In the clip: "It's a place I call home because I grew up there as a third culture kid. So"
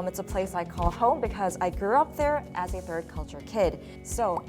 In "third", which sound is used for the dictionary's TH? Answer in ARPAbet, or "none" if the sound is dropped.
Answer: TH